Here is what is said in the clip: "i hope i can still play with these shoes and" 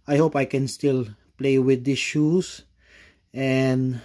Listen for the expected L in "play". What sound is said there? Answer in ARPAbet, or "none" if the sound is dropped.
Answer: L